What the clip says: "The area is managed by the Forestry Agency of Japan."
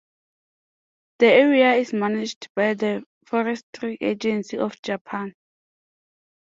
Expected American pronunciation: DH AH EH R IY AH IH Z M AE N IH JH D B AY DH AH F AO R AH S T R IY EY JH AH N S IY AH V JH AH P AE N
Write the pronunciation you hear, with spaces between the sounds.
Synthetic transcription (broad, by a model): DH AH EH R IY AH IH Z M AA N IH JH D B AY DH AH F AO R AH S T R IY EY JH AH N S IY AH F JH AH P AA N